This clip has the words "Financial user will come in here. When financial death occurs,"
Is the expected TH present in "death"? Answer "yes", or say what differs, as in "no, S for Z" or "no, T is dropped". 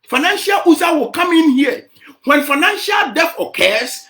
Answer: no, F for TH